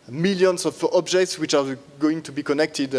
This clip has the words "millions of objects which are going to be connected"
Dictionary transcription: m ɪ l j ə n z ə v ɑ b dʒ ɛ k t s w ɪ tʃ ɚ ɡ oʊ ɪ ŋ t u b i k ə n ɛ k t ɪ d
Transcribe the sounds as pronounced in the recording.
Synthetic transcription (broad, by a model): m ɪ l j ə n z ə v ɑ b dʒ ɛ k t s w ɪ tʃ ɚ ɡ oʊ ɪ ŋ t u b i k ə n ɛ k t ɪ d